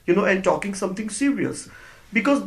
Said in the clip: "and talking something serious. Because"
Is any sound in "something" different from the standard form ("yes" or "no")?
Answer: yes